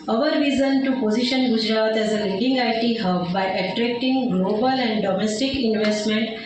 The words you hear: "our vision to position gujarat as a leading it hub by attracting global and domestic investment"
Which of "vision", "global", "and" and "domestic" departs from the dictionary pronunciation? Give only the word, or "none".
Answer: vision